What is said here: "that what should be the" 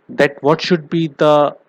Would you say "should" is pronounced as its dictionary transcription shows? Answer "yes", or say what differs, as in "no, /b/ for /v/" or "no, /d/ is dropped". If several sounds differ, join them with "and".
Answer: yes